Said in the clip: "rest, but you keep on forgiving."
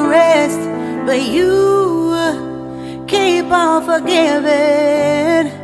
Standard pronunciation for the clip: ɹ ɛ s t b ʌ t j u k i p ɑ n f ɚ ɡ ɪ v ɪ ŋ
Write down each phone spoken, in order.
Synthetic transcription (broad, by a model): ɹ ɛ s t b ʌ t j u k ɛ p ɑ l f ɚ ɡ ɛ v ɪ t